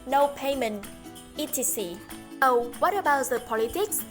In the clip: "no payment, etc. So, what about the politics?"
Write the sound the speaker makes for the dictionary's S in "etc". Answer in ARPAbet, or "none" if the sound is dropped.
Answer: none